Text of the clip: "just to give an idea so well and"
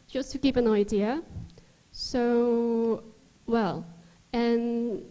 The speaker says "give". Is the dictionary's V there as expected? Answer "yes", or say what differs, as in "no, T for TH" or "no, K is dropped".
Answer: no, P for V